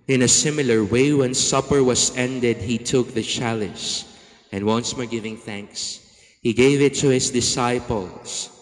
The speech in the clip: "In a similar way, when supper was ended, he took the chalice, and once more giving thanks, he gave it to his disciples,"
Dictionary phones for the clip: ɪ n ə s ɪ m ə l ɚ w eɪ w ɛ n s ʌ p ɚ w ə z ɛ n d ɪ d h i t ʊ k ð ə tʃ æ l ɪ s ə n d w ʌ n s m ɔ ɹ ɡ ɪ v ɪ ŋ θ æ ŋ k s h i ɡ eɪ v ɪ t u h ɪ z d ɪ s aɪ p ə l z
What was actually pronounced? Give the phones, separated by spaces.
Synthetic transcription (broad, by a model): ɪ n ə s ɪ m ə l ɚ w eɪ w ɛ n s ʌ p ɚ w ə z ɛ n d ɪ d h i t ʊ k ð ə tʃ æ l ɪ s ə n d w ʌ n s m ɔ ɹ ɡ ɪ v ɪ ŋ θ æ ŋ k s h i ɡ eɪ v ɪ t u h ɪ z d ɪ s aɪ p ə l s